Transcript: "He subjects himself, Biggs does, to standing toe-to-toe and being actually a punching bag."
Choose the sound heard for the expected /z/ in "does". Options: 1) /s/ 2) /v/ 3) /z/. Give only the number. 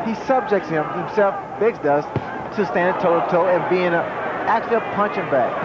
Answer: 1